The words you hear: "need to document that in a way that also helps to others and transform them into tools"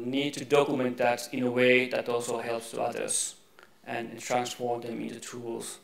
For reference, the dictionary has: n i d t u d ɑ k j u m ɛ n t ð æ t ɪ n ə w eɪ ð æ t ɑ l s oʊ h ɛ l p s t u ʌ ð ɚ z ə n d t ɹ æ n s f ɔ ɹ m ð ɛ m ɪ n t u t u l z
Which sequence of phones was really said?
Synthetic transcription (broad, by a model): n i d t u d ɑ k j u m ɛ n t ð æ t ɪ n ə w eɪ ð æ t ɑ l s oʊ h ɛ l p s t u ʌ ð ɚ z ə n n t ɹ æ n s f ɔ ɹ m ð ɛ m ɪ n t u t u l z